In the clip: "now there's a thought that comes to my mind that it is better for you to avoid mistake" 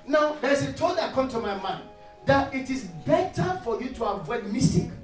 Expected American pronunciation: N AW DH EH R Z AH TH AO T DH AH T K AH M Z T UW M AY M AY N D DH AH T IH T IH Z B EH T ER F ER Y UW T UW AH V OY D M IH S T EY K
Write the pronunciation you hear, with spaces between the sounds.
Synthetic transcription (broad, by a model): N AW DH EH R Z AH T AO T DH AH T K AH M T UW M AY M AY N D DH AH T IH T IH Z B EH T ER F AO Y UW T UW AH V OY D M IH S T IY K